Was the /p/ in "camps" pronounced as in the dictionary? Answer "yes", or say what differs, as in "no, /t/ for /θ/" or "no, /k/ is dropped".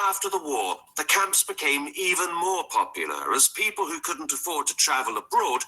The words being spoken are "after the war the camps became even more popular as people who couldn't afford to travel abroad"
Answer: yes